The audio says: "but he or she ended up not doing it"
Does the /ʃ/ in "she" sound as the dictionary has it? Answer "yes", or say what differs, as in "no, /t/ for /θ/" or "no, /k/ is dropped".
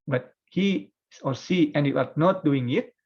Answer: no, /s/ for /ʃ/